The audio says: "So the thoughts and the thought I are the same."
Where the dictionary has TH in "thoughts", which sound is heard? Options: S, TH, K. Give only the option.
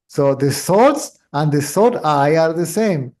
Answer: S